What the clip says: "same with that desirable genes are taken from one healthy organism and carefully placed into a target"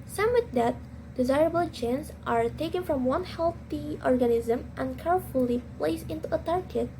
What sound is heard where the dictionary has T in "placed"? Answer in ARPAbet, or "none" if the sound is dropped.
none